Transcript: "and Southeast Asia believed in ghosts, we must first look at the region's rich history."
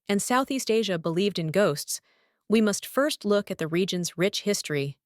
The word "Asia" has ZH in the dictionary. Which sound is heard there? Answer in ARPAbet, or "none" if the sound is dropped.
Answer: ZH